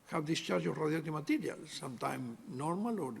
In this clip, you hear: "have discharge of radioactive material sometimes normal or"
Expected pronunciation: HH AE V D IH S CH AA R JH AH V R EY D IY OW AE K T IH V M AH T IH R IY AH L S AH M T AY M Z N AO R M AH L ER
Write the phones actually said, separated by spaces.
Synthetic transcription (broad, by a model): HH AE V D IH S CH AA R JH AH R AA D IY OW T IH M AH T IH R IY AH L S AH M T AY M N AO R M AH L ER